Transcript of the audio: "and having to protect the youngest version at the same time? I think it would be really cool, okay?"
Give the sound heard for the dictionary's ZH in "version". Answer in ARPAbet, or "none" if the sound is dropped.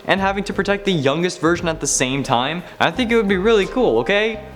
ZH